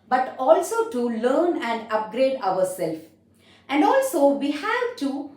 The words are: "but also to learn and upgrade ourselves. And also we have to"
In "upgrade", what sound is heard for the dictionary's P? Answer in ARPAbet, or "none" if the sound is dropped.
P